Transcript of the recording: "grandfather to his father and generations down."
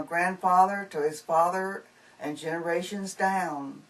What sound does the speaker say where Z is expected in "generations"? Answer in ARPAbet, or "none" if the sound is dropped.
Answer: Z